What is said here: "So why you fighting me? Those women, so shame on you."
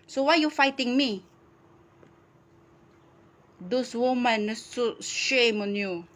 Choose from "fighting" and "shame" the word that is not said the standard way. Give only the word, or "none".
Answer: none